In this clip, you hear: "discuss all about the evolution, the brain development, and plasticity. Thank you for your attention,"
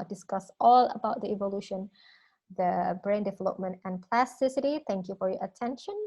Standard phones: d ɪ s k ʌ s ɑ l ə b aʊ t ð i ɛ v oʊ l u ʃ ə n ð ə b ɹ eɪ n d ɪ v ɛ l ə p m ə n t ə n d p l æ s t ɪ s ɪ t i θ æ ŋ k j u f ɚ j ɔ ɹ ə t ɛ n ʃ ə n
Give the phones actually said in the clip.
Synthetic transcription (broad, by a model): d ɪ s k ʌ s ɑ l ə b aʊ t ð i ɛ v oʊ l u ʃ ə n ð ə b ɹ eɪ n d ɪ v ɛ l ə p m ə n t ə n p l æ s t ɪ s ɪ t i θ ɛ ŋ k j u f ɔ j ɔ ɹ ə t ɛ n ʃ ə n